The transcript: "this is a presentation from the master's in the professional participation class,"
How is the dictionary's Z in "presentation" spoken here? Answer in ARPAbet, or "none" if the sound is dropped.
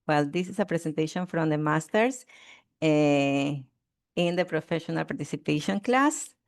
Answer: S